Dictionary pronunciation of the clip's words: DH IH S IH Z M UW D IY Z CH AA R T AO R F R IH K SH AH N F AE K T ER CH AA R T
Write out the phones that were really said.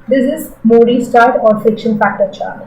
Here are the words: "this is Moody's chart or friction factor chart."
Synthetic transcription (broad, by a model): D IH S IH Z M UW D IY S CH AA R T AO R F IH K SH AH N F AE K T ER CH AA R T